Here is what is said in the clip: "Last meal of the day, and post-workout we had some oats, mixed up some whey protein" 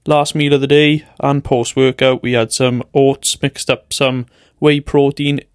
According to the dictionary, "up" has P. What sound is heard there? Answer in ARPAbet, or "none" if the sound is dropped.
P